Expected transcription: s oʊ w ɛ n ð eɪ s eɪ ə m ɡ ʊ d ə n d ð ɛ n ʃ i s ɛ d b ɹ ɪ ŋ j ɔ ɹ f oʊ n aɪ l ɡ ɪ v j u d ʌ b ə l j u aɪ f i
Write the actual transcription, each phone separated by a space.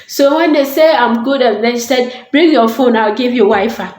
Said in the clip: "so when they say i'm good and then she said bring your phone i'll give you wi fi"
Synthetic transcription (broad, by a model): s oʊ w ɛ n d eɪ s eɪ ə m ɡ ʊ d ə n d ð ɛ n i s ɛ d b ɹ ɪ ŋ j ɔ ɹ f oʊ n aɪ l ɡ ɪ v j u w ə j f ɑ